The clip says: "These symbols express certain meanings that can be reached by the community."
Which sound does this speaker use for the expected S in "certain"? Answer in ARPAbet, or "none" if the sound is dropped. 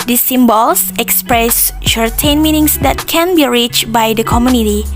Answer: SH